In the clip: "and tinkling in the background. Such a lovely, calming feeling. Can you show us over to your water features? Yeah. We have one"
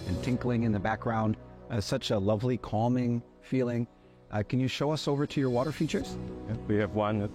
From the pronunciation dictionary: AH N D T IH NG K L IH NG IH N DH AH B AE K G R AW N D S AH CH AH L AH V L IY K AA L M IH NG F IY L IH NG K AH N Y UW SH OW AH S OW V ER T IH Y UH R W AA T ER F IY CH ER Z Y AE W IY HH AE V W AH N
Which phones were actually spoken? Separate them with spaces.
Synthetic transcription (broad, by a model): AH N T IH NG K L IH NG IH N DH AH B AE K G R AW N D S AH CH AH L AH V L IY K AA L M IH NG F IY L IH NG K AH N Y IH SH OW AH S OW V ER T IH Y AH R W AA T ER F IY CH ER Z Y W IY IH V W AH N